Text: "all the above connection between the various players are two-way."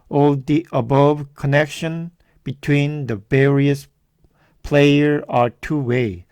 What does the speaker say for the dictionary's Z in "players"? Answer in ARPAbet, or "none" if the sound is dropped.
none